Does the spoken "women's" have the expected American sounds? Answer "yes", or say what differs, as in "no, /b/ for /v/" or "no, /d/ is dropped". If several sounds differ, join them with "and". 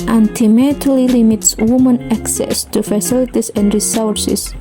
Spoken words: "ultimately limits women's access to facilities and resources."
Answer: no, /z/ is dropped